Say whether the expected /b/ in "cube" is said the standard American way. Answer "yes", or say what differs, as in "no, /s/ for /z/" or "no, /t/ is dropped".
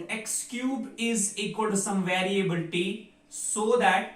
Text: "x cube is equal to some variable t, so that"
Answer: yes